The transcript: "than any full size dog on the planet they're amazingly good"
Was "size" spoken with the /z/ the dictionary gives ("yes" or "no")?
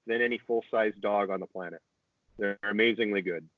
yes